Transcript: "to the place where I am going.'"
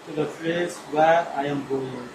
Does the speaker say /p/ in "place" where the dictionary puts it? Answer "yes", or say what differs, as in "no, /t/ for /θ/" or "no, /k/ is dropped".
no, /f/ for /p/